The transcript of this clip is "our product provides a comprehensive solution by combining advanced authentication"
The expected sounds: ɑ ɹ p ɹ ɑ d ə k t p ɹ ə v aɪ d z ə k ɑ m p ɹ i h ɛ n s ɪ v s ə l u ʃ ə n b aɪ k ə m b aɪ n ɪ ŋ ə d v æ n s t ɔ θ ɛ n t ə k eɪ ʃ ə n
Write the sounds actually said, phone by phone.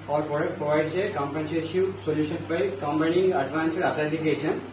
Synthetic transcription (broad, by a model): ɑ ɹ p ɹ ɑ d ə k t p ɹ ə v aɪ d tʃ ə k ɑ m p i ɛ n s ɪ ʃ s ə l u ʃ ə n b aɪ k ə m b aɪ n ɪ ŋ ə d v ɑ n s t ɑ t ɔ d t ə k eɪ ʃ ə n